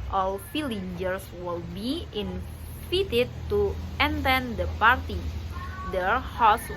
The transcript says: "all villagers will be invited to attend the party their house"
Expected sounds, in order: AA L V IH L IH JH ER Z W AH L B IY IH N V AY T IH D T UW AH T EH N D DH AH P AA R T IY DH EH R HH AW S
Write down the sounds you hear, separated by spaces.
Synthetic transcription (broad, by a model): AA L F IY L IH JH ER S W AH L B IY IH N F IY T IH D T UW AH T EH N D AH P AA R T IY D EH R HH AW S